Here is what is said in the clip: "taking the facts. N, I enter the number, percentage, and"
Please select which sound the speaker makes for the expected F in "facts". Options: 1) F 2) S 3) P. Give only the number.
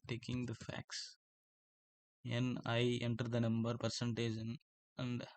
1